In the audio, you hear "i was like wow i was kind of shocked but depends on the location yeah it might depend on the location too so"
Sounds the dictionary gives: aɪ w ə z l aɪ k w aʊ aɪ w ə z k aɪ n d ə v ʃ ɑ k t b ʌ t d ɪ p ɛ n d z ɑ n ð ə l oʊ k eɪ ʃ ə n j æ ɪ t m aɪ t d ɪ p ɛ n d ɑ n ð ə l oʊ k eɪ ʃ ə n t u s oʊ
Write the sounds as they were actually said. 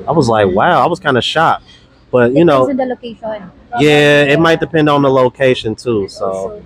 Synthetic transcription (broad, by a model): aɪ w ə z l aɪ k w aʊ aɪ w ə z k aɪ n d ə ʃ ɑ t b ʌ t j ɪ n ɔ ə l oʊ k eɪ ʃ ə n j æ ɪ t m aɪ t d ɪ p ɛ n d n ð ə l oʊ k eɪ ʃ ə n t u s oʊ